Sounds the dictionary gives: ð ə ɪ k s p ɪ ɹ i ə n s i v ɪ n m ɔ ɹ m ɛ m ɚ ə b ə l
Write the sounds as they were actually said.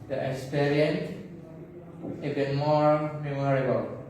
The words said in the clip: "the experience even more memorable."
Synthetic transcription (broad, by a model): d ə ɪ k s p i ɹ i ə n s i b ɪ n m ɔ ɹ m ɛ m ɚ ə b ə l